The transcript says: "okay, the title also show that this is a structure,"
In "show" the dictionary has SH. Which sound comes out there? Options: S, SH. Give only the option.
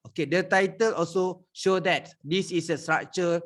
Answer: SH